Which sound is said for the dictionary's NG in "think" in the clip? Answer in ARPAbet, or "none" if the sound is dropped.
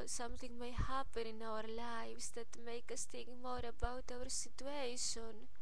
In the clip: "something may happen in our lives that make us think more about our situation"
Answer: none